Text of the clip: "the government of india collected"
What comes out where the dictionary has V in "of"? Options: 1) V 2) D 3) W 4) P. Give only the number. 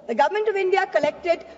1